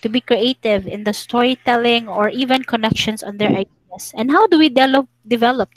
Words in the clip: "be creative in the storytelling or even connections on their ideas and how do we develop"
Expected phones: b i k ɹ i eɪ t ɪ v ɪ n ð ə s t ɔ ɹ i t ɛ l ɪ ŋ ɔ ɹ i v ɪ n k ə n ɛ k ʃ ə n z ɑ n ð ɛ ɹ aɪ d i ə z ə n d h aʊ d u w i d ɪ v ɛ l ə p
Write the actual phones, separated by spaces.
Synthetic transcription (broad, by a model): b i k ɹ i eɪ t ɪ v ɪ n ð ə s t ɔ ɹ i t ɛ l ɪ ŋ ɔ ɹ i v ɪ n k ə n ɛ k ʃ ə n s ɑ n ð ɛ ɹ aɪ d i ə s ə n d h aʊ d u w i d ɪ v ɛ l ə p